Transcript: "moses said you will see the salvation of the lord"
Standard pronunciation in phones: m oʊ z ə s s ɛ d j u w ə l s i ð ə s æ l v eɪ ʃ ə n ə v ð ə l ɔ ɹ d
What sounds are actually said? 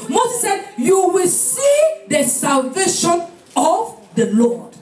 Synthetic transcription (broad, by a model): m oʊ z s s ɛ d j u w ə l s i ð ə s æ l v eɪ ʃ ə n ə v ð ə l ɔ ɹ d